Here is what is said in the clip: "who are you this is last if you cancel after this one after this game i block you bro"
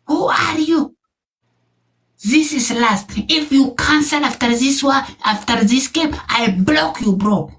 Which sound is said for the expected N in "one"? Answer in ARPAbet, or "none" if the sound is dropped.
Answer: none